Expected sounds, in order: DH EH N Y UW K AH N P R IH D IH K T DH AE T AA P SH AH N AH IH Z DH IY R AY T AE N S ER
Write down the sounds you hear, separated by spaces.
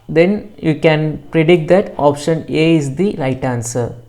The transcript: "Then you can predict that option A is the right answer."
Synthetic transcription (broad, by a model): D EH N Y UW K AH N P R IH D IH K T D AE T AA P SH AH N AH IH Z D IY L AY T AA N S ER